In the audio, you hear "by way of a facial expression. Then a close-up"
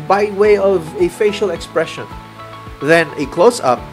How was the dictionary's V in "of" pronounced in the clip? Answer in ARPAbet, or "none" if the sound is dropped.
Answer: V